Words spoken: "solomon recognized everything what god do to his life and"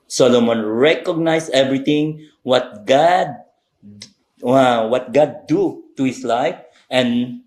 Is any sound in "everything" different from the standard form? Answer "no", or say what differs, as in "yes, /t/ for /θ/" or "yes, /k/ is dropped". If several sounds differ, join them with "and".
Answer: yes, /t/ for /θ/